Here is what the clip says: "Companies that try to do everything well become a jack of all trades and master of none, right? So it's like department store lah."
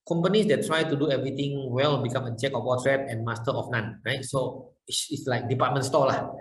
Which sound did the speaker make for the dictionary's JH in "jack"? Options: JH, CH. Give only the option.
CH